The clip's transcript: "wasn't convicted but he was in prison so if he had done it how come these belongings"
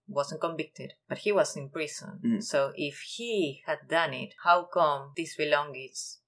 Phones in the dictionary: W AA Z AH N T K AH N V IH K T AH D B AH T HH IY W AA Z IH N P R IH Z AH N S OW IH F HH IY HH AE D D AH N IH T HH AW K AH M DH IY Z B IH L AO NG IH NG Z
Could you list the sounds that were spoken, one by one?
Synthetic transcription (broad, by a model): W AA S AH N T K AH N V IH K T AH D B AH T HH IY W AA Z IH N P R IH S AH N S OW IH F HH IY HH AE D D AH N IH T HH AW K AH M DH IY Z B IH L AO NG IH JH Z